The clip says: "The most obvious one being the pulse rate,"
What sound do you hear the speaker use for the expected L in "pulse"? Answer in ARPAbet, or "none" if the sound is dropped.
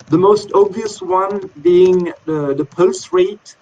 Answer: L